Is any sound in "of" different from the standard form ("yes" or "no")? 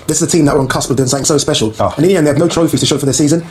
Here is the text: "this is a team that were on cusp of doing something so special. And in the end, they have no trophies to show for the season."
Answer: yes